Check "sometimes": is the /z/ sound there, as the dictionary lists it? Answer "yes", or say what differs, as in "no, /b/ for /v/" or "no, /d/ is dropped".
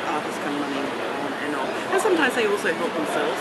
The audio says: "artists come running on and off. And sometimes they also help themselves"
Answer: yes